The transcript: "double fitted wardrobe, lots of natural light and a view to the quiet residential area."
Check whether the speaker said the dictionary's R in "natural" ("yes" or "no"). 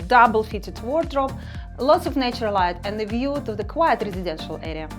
no